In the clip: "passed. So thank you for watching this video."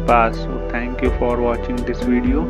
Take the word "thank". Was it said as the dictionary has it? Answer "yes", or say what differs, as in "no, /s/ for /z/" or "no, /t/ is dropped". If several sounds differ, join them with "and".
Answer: no, /t/ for /θ/